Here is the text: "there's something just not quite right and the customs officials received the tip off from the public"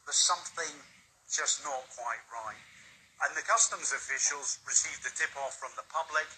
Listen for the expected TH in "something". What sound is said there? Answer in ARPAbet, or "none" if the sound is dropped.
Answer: TH